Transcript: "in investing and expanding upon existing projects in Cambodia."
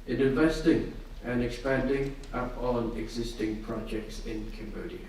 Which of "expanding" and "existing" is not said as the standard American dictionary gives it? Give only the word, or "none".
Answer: none